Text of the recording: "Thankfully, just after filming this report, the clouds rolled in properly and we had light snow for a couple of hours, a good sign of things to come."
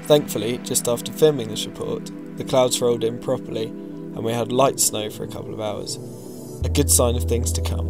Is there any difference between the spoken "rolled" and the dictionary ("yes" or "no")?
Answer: no